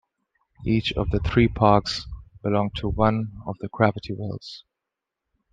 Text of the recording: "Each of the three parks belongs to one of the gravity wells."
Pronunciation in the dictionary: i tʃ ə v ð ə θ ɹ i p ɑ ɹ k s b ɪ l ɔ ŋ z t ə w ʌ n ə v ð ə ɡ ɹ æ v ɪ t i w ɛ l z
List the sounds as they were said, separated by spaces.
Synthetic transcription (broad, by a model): i tʃ ə v ð ə θ ɹ i p ɑ ɹ k s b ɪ l ɔ ŋ t ə w ʌ n ə v ð ə ɡ ɹ æ v ɪ t i w ɛ l z